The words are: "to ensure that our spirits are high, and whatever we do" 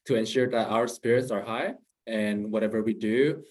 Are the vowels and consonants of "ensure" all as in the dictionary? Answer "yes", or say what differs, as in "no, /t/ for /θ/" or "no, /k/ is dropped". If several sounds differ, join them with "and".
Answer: yes